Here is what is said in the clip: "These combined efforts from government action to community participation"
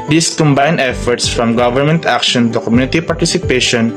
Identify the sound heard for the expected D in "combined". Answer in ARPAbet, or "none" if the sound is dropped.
none